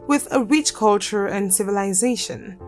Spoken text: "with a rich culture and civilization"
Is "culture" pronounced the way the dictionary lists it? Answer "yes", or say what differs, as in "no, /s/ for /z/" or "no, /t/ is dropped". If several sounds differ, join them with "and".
yes